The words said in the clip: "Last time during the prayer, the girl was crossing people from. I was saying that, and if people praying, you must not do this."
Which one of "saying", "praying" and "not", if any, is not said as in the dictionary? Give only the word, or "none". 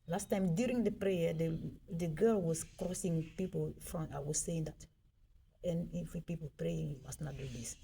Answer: none